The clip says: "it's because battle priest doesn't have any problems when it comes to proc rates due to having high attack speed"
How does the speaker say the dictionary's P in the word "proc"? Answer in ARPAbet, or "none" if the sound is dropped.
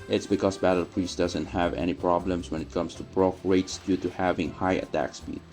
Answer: B